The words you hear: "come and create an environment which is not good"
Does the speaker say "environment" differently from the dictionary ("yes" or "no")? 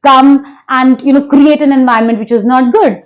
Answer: yes